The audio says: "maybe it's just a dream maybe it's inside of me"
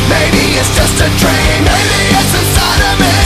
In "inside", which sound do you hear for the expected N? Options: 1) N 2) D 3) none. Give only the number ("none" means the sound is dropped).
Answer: 3